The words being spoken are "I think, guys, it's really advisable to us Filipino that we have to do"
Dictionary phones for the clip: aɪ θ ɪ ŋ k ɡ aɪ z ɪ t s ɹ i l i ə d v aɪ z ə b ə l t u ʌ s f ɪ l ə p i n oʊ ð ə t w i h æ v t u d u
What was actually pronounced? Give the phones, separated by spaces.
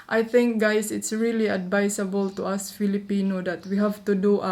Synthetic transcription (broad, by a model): aɪ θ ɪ ŋ k ɡ aɪ s ɪ t s ɹ i l i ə d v aɪ s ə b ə l t u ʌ s f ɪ l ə p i n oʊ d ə t w i h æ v t u d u